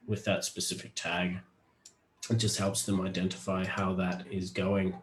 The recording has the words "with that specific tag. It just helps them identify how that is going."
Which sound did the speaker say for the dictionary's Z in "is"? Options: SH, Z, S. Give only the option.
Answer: Z